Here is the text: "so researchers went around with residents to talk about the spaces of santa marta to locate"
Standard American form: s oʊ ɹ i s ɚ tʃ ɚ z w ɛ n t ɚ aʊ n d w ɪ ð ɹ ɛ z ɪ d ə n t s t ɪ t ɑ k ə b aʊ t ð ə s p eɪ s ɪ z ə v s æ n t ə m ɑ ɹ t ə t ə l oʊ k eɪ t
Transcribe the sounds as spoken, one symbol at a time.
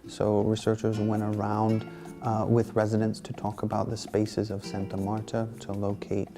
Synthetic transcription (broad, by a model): s oʊ ɹ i s ɚ tʃ ɚ z w ɛ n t ɚ aʊ n d w ɪ ð ɹ ɛ z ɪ d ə n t s t ɪ t ɑ k ə b aʊ t ð ə s p eɪ s ɪ z ə v s æ n t ə m ɑ ɹ t ə t ə l oʊ k eɪ t